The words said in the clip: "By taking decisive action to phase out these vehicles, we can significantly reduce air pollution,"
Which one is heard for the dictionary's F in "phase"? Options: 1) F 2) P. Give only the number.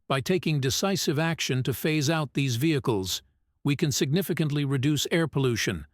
1